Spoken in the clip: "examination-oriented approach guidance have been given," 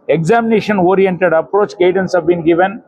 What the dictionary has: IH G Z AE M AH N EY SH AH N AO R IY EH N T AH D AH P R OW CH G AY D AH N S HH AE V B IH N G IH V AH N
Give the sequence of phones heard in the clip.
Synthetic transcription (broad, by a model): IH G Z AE M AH N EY SH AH N AO R IY EH N T AH D AH P R OW CH G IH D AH N S HH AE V B IH N G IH V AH N